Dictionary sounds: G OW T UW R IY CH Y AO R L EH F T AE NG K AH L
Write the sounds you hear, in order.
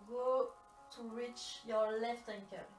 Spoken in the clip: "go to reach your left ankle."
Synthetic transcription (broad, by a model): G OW T UW R IY CH Y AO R L EH F T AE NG K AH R